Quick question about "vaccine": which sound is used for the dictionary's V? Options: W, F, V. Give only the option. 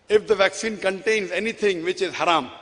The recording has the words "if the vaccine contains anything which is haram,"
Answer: V